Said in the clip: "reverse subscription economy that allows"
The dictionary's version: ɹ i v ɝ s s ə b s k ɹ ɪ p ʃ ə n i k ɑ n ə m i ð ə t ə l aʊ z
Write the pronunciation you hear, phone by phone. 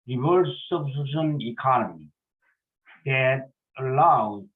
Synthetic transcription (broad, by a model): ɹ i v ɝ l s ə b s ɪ ʃ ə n i k ɑ n ə m i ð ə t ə l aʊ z